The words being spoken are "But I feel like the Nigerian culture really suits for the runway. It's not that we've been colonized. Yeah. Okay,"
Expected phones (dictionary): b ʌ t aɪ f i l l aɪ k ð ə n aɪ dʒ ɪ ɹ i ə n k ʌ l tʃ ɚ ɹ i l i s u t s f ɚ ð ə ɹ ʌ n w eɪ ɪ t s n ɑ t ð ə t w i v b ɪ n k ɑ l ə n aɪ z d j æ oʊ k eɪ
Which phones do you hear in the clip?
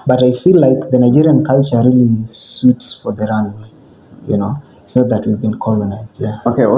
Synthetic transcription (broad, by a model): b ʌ t aɪ f i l l aɪ k ð ə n aɪ dʒ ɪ ɹ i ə n k ʌ l tʃ ɚ ɹ i l i s u t s f ɚ ð ə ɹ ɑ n w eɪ ɪ t s n ɑ t ð ə t w i v b ɪ n k ɑ l ə n aɪ z d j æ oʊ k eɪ